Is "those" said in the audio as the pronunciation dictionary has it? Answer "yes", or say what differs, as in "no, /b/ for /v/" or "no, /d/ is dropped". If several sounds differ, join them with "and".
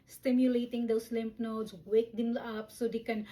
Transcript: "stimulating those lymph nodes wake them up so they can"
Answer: no, /s/ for /z/